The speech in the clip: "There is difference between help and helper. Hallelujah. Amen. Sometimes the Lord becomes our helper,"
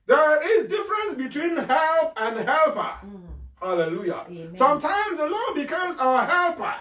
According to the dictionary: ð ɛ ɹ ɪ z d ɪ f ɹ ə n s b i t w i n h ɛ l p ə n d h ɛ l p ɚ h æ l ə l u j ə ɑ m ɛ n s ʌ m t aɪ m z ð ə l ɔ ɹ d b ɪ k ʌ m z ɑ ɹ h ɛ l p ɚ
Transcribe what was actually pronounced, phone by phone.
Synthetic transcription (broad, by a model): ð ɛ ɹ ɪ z d ɪ f ɹ ə n s b i t w i n h ɛ l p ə n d h ɛ l p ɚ h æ l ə l u j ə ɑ s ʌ m t aɪ m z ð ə l ɔ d b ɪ k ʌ m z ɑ h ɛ l p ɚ